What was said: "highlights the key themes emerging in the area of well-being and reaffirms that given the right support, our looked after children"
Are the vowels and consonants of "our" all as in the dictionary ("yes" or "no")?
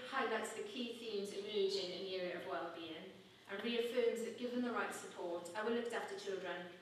no